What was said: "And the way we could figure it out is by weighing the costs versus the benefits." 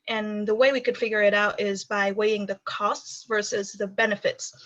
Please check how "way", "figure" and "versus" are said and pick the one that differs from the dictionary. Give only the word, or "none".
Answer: none